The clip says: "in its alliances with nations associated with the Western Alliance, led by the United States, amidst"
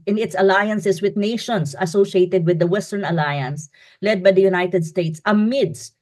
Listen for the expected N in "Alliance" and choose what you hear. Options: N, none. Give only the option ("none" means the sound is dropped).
N